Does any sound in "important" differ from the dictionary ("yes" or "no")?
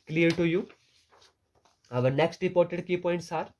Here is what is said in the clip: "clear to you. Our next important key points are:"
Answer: yes